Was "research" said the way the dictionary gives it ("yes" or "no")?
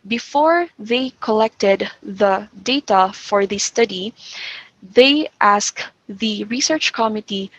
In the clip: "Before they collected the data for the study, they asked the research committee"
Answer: yes